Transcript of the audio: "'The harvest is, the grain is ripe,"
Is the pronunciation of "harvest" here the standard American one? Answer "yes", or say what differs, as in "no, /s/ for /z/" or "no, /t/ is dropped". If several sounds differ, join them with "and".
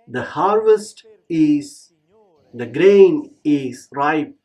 yes